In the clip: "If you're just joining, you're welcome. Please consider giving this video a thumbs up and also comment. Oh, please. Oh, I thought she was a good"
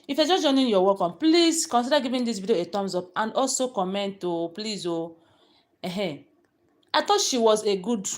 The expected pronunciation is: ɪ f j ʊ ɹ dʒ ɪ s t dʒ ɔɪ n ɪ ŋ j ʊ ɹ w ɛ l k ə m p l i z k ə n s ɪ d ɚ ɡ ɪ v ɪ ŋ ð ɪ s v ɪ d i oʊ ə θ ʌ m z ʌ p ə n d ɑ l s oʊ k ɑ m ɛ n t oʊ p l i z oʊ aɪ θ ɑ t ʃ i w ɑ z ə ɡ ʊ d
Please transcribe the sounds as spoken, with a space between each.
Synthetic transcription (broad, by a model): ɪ f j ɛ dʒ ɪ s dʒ ɔɪ n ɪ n j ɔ w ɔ k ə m p l i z k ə n s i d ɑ ɡ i v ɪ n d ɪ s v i d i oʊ ə t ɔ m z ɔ p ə n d ɑ l s oʊ k ɑ m ɛ n t oʊ p l i z oʊ aɪ t ɑ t ʃ i w ɑ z ə ɡ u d